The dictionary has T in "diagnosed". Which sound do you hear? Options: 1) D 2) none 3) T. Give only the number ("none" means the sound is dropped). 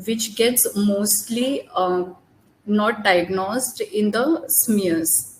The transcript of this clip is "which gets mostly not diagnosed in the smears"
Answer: 3